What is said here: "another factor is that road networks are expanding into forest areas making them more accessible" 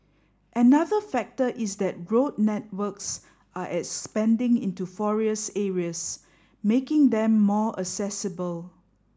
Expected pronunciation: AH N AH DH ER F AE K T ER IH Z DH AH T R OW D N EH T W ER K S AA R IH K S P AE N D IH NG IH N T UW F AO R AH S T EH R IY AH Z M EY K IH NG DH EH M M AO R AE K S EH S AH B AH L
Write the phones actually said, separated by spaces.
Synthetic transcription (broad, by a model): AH N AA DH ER F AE K T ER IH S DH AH T R OW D N EH T W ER K S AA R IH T S P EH N D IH NG IH N T UW F AO R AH S EH R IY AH S M EY K IH NG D EH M M AO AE S EH S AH B AH L